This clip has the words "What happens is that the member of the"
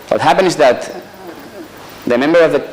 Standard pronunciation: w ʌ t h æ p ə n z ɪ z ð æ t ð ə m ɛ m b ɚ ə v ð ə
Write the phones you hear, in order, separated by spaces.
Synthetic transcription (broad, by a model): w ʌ t h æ p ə n ɪ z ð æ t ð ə m ɛ m b ɚ ə v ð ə